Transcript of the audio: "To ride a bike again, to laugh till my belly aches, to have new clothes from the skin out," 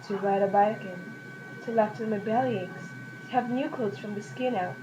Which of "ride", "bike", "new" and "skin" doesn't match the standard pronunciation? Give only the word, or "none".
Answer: none